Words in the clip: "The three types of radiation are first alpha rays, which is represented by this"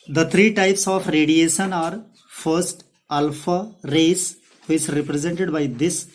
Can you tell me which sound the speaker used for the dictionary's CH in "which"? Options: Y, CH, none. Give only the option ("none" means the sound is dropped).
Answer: none